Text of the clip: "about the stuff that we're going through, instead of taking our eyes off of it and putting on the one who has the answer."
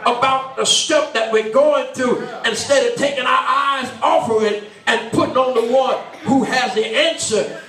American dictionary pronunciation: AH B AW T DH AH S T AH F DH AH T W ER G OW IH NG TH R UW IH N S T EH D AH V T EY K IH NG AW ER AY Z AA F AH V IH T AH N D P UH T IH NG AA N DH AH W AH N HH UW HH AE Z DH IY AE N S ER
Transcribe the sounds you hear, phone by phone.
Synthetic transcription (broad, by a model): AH B AW T DH AH S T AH P DH AH T W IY G OW IH NG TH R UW IH N S T EH D AH V T EY K IH NG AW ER AY Z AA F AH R IH T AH N P UH T IH NG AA N DH AH W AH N HH UW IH Z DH IY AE N S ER